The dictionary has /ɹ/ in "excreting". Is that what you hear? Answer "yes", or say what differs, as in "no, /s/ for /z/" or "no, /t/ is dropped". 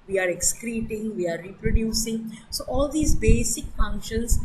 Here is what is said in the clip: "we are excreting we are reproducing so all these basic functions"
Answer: yes